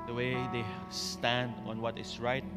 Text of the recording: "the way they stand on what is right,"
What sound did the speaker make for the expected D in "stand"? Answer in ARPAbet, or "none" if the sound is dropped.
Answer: D